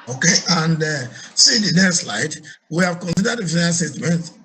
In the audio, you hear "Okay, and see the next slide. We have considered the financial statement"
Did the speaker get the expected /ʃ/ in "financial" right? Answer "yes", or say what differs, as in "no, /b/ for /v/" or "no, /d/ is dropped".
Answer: no, /ʃ/ is dropped